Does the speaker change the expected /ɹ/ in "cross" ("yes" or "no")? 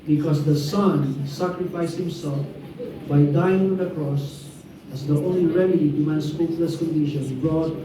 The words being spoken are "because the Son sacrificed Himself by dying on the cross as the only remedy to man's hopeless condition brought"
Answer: no